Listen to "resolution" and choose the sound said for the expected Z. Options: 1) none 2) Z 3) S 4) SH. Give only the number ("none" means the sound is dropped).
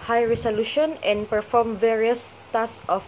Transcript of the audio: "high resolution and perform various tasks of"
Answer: 3